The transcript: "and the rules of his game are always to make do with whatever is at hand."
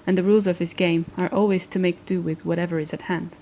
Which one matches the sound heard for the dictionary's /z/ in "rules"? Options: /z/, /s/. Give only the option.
/z/